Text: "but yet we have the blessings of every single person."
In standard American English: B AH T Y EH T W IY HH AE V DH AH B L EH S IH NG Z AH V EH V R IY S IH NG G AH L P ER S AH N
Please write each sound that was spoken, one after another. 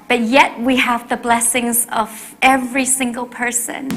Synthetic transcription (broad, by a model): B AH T Y EH T W IY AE V DH AH B L EH S IH NG Z AH V EH V R IY S IH NG G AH L P ER S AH N